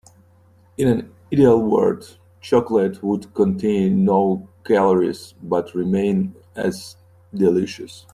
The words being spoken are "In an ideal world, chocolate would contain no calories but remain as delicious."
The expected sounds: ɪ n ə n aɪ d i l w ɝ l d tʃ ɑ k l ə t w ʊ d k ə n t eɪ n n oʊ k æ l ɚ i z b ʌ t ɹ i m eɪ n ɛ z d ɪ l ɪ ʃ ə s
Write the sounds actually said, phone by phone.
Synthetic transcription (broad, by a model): ɪ n ə n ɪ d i l w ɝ d tʃ ɑ k l ə t w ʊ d k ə n t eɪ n n oʊ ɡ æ l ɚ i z b ʌ t ɹ i m eɪ n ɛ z d ɪ l ɪ ʃ ə s